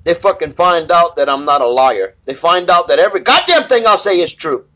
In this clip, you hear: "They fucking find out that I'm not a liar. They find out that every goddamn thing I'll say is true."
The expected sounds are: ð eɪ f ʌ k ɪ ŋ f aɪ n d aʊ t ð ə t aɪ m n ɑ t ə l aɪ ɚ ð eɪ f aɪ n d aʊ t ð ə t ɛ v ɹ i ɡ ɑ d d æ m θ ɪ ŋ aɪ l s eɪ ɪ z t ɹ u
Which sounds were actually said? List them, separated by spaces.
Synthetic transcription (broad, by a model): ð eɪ f ʌ k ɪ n f aɪ n d aʊ t ð ə t aɪ m n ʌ t ə l aɪ ɚ ð eɪ f aɪ n d aʊ t ð ə t ɛ v ɹ i ɡ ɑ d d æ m θ ɪ ŋ aɪ l s eɪ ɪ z t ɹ u